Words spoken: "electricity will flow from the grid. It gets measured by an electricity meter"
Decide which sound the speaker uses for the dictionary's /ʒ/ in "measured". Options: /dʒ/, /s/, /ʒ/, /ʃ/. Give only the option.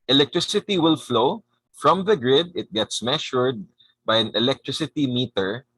/ʃ/